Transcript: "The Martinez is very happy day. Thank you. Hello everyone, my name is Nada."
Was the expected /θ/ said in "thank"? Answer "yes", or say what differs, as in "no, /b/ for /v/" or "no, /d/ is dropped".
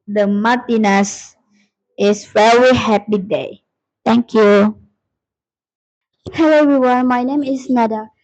no, /t/ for /θ/